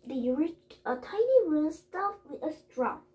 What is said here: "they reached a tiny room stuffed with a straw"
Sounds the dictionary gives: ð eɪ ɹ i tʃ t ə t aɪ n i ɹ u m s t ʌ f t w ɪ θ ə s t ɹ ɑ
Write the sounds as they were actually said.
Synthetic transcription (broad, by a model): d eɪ ɹ i tʃ t ə t aɪ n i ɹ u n s t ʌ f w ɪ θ ə s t ɹ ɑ